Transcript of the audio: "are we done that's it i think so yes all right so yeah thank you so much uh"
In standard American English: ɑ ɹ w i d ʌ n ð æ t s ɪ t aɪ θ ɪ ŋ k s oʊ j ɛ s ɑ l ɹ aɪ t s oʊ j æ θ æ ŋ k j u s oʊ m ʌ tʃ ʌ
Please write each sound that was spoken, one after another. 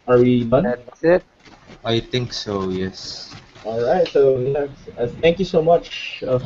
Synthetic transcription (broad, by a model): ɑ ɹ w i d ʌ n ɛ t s ɪ t aɪ t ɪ ŋ k s oʊ j ɛ s ɑ l ɹ aɪ t s oʊ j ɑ t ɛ ŋ k j u s oʊ m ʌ tʃ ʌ